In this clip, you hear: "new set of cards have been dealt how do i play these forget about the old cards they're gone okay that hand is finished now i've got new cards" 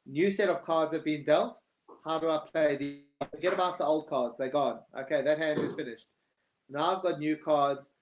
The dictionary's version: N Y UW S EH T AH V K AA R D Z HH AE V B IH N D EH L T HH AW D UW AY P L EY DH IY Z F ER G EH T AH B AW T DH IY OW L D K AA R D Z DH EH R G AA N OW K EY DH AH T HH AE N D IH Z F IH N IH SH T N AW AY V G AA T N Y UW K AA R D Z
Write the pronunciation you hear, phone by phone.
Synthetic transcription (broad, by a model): N Y UW S EH T AH V K AA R D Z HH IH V B IH N D EH L T HH AW D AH AY P L EY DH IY F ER G EH T AH B AW T DH IY OW L D K AA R D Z DH EH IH G AA N OW K EY DH AH T HH AE N D IH Z F IH N IH SH T N AW AY V G AA T N Y UW K AA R D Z